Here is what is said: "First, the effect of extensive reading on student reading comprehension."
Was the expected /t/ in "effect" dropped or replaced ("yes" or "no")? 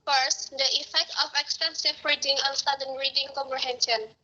no